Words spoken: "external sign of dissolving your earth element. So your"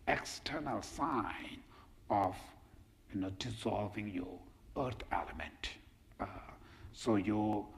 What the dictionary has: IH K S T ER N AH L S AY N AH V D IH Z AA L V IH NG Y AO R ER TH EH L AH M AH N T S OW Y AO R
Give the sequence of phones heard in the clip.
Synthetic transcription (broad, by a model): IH K S T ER N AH L S AY N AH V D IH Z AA L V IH NG Y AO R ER T EH L AH M AH N T S OW Y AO